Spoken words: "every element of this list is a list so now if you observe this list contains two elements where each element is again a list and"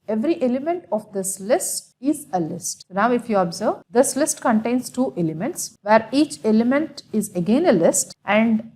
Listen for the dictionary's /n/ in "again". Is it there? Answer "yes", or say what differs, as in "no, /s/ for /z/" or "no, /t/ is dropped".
yes